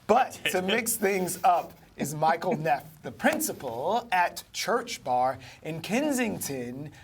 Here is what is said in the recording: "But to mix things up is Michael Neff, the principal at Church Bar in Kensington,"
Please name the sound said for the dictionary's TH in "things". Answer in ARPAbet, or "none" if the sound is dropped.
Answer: TH